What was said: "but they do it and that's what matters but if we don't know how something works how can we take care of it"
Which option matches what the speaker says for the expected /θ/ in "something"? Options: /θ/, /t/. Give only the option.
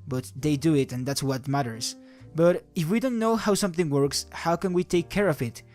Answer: /θ/